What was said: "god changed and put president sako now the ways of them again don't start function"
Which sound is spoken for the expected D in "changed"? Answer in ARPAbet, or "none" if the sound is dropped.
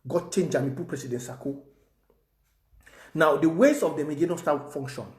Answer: none